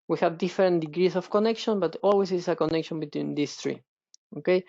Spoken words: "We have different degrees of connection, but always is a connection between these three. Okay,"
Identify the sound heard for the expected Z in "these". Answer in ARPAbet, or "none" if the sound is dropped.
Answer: S